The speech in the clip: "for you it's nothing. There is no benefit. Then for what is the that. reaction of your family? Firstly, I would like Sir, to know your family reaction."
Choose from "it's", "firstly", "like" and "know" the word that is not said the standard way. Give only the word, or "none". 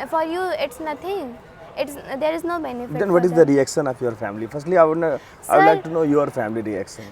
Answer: like